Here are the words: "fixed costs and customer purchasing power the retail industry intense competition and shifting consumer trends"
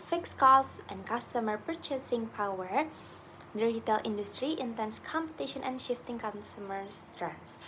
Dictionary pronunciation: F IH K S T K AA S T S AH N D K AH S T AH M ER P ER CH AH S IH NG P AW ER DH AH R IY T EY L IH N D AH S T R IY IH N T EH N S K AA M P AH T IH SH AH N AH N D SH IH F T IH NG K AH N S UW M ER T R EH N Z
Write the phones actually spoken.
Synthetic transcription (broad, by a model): F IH K S K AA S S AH N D K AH S T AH M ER P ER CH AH S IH NG P AW ER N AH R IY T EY L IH N D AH S T R IY IH N T EH N S K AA M P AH T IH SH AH N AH N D SH IH F T IH NG K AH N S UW M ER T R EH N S